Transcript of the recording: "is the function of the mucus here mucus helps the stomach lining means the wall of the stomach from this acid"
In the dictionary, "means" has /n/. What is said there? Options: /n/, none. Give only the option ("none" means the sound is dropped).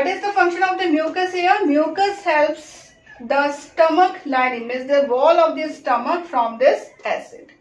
none